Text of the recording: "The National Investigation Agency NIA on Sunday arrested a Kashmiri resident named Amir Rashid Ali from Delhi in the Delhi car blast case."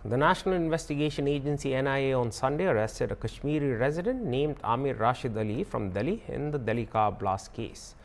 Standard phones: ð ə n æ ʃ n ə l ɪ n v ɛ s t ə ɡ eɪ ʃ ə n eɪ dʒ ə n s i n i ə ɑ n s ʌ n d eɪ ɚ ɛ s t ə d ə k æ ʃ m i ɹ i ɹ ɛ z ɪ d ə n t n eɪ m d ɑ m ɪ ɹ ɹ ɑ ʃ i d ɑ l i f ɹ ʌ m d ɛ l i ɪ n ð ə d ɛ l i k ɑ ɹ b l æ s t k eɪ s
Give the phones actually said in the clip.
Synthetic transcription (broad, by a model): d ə n æ ʃ n ə l ɪ n v ɛ s t ə ɡ eɪ ʃ ə n eɪ dʒ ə n s i n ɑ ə ɑ n s ʌ n d eɪ ɚ ɛ s t ə d ə k æ ʃ m i ɹ i ɹ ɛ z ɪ d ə n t n eɪ m d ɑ m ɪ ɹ ɹ ɑ ʃ i d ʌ l i f ɹ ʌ m d ɛ l i ɪ n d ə d ɛ l i k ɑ b l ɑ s k eɪ s